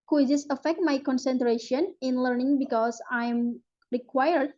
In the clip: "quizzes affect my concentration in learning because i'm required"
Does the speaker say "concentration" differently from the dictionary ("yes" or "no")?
no